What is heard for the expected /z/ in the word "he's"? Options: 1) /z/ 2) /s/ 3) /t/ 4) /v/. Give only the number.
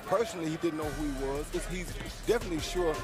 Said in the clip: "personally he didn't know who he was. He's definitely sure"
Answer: 1